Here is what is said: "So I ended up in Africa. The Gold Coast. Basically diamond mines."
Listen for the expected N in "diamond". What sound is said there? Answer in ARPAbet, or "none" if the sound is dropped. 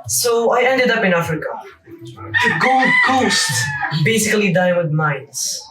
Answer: none